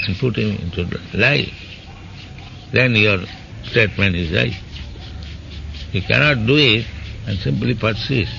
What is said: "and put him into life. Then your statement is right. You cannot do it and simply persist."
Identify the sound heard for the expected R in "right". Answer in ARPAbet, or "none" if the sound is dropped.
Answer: L